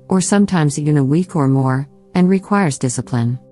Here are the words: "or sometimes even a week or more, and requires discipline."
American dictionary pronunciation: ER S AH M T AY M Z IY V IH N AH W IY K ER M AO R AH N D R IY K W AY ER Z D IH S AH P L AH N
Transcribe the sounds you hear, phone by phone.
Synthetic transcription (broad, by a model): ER S AH M T AY M Z IY V IH N AH W IY K ER M AO R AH N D R IY K W AY ER Z D IH S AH P L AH N